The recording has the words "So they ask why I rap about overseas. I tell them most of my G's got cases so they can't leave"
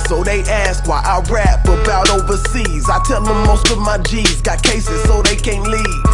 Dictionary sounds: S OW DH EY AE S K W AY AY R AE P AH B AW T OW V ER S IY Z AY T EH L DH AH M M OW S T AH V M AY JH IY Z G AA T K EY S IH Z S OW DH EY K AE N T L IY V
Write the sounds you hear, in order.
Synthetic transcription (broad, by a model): S OW DH EY AE S K W AY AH R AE F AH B AW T OW V ER S IY Z AY T EH L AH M M OW S T AH V M AY JH IY Z G AA T K EY S IH Z S OW DH EY K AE N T L IY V